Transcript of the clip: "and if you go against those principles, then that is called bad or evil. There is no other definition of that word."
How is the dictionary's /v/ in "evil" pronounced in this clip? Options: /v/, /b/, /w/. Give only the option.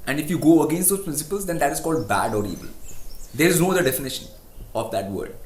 /b/